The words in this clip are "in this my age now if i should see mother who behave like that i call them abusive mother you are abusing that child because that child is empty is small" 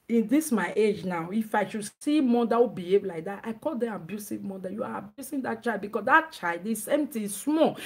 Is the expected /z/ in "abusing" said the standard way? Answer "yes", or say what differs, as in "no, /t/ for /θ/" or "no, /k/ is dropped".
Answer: no, /s/ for /z/